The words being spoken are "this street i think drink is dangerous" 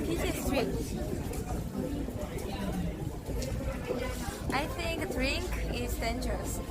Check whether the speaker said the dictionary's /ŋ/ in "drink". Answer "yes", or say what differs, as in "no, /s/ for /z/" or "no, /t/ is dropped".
yes